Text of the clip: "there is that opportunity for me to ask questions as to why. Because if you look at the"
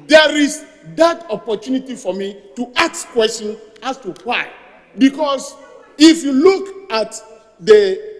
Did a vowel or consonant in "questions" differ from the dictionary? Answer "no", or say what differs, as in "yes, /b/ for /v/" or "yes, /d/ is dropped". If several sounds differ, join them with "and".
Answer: yes, /z/ is dropped